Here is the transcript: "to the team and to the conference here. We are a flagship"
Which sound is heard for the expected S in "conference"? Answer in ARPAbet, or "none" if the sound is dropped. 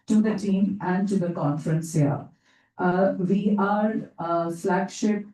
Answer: S